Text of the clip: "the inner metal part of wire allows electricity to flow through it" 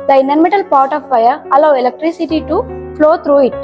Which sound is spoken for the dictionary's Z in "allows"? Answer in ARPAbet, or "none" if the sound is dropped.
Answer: none